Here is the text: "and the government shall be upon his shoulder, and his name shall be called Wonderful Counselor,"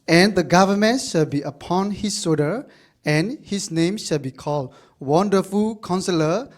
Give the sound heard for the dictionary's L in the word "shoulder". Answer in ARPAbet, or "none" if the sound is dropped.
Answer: none